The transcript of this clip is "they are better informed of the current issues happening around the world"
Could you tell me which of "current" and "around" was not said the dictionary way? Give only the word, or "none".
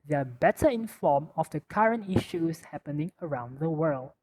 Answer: none